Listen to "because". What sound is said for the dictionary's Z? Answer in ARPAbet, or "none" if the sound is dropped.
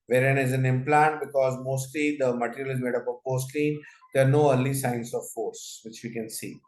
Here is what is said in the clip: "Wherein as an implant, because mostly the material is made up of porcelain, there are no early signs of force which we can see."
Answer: Z